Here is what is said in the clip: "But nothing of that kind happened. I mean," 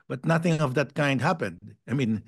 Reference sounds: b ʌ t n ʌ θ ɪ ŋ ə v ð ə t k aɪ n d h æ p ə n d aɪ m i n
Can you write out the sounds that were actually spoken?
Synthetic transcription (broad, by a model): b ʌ t n ʌ θ ɪ ŋ ə v ð ə t k aɪ n d h æ p ə n d aɪ m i n